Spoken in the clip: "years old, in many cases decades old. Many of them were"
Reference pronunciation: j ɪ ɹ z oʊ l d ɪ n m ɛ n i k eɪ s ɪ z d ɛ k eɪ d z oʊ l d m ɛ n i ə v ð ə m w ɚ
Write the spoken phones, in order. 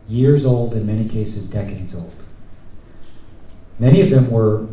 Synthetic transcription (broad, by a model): j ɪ ɹ z oʊ l d ɪ n m ɛ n i k eɪ s ɪ z d ɛ k eɪ d z oʊ l d m ɛ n i ə v ð ə m w ɚ